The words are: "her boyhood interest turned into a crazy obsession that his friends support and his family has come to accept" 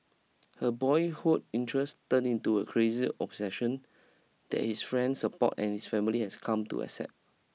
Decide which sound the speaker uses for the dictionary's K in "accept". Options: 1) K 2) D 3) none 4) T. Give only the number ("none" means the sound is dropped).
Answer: 3